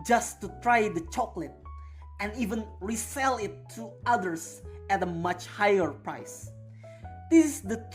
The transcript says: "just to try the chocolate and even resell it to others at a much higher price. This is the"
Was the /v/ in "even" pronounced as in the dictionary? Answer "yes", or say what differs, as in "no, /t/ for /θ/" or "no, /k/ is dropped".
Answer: yes